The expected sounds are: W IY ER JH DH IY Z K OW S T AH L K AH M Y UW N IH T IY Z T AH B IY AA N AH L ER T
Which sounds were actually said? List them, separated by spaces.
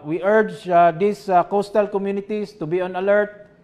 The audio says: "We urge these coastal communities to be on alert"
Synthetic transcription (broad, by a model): W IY ER JH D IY S K OW S T AH L K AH M Y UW N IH T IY S T AH B IY AA N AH L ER T